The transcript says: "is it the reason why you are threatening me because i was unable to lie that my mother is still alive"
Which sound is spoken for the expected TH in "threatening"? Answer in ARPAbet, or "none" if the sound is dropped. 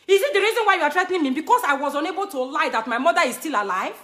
T